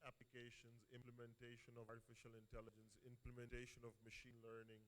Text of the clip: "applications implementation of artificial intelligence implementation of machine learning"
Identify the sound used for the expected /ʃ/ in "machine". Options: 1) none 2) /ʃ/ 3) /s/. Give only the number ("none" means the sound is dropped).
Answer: 2